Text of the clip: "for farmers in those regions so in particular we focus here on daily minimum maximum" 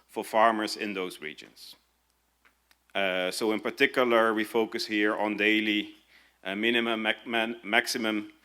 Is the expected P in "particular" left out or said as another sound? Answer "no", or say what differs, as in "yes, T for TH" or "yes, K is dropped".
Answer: no